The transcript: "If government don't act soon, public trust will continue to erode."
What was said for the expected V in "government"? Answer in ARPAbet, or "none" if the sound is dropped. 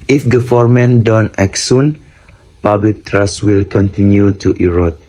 F